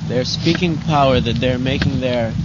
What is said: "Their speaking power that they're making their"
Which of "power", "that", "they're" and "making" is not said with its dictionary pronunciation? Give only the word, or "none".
none